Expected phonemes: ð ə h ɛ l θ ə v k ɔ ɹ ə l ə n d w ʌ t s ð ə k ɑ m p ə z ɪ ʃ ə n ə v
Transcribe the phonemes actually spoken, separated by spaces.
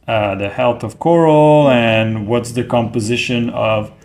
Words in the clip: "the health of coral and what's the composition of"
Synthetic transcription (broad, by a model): ð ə h ɛ l θ ə v k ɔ ɹ l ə n w ʌ t s ð ə k ɑ m p ə z ɪ ʃ ə n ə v